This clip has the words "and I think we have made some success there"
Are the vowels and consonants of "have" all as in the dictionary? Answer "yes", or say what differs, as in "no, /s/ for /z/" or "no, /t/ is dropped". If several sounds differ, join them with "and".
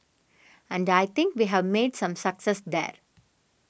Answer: yes